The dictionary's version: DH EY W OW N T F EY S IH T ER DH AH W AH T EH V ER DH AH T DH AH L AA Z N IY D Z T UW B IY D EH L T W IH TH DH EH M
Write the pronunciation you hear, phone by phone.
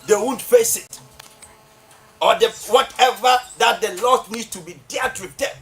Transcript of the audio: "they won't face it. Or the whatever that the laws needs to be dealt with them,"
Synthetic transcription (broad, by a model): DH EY W OW N T F EY S IH T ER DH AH W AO T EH V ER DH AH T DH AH L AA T N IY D S T UW B IY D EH T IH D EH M